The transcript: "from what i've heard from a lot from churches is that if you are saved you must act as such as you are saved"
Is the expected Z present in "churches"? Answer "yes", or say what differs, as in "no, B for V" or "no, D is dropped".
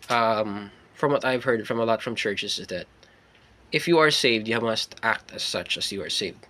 no, S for Z